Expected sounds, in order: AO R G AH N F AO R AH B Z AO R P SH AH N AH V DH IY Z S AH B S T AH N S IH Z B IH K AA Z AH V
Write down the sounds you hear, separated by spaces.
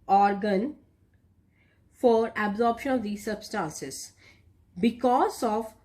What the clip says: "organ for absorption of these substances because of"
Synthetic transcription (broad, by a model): AO R G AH N F AO R AH B Z AO R P SH AH N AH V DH IY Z S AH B S T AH N S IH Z B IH K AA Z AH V